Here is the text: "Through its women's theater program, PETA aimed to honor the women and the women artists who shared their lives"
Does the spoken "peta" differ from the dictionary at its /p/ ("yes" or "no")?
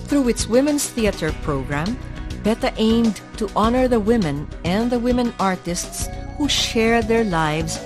yes